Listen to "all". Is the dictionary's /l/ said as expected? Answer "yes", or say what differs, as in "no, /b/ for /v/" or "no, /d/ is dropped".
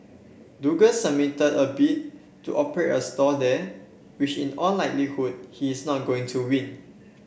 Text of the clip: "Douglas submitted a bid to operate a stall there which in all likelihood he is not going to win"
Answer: no, /n/ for /l/